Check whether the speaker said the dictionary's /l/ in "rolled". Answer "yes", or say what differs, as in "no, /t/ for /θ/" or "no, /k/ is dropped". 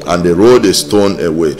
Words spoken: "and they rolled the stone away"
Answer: no, /l/ is dropped